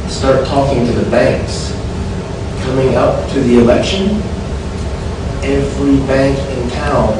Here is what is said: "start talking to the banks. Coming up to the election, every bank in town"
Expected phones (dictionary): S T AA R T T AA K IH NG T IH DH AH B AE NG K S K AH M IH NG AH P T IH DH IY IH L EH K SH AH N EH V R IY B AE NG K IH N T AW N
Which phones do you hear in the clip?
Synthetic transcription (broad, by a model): S T AA R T T AA K IH NG T IH DH AH B AE NG K S K AH M IH NG AH P T IH DH IY IH L EH K SH AH N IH F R IY B AE NG K IH N T AW N